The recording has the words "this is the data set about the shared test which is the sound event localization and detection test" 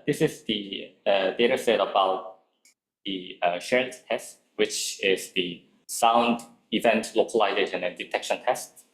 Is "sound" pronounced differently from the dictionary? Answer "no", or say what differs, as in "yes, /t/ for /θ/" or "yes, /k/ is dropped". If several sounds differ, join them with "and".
no